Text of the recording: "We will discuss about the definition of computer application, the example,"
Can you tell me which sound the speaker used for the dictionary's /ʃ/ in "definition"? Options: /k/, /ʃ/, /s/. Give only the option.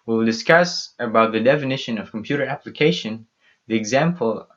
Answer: /ʃ/